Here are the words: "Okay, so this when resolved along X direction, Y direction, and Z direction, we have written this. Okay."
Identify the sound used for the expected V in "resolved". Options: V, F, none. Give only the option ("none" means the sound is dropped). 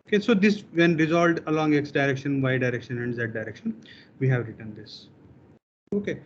none